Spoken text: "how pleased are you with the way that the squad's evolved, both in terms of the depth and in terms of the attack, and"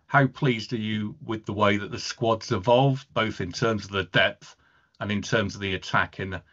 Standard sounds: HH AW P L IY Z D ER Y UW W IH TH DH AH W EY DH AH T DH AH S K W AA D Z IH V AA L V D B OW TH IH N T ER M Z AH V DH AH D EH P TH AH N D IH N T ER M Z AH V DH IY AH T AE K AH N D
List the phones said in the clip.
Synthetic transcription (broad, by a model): HH AW P L IY Z D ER Y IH W IH DH AH W EY DH AH T DH AH S K W AA D Z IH V AA L V B OW TH IH N T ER M Z AH V DH AH D EH P TH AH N IH N T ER M Z AH V DH IY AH T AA K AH N